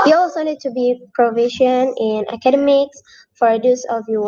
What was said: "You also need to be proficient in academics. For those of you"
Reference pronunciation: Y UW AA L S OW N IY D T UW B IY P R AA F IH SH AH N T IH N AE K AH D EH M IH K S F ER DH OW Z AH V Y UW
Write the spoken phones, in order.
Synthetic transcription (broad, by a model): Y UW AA W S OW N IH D T UW B IY P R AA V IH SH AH N IH N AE K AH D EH M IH K S F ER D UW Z AH V Y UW